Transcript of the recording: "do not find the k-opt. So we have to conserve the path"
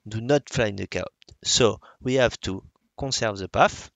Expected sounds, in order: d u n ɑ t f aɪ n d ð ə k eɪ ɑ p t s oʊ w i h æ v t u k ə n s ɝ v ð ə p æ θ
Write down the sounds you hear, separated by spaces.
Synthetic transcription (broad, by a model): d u n ɑ t f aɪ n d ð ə k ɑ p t s oʊ w i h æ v t u k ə s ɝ v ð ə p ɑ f